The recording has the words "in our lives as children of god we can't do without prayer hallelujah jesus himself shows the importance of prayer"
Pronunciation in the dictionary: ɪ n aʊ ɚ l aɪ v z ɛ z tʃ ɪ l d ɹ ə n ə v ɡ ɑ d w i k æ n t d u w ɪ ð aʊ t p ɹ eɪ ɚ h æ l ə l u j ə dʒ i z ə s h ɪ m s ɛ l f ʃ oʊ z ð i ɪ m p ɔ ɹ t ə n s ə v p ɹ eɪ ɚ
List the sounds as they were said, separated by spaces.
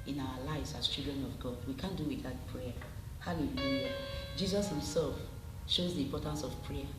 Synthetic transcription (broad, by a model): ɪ n aʊ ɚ l aɪ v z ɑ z tʃ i l d ɹ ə n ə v ɡ ɑ d w i k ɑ n d u w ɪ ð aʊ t p ɹ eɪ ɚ h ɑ l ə l u j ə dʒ i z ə s h ɪ m s ɛ l f ʃ oʊ z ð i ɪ m p ɔ t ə n s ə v p ɹ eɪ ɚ